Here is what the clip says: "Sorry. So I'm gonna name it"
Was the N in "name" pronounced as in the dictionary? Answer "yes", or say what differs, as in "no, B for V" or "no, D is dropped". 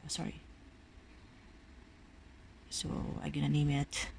yes